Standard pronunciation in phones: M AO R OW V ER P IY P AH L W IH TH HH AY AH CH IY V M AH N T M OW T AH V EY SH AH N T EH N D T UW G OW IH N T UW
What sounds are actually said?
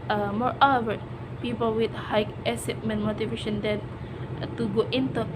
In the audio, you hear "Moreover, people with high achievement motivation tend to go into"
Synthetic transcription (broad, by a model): M AO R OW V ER P IY P AH L W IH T HH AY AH S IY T M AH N M OW T AH V EY SH AH N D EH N T UW G OW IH N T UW